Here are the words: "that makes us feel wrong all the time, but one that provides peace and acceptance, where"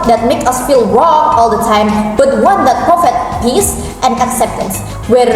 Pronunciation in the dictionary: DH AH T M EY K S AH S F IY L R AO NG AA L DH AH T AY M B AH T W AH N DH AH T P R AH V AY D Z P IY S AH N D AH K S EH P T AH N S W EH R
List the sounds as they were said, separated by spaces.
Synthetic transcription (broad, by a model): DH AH T M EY K AH S F IY L R AO NG AA L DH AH T AY M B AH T W AH N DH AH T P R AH F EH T P IY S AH N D AH K S EH P T AH N S W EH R